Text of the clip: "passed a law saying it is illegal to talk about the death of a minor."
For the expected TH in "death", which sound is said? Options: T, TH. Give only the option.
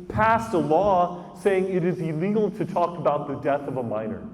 TH